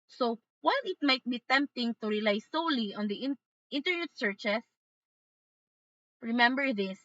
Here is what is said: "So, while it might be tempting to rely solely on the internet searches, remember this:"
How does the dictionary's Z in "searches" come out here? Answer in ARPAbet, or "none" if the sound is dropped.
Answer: S